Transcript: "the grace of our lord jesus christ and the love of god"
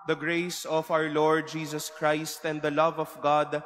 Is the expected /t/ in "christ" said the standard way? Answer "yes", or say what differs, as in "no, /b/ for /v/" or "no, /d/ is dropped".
yes